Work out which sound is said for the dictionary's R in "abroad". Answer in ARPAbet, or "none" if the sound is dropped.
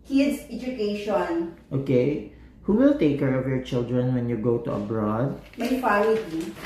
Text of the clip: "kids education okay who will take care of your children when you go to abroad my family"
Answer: R